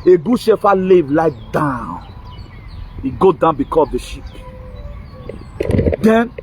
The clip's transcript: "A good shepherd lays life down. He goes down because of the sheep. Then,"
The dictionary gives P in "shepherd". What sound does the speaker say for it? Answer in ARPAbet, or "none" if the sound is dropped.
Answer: F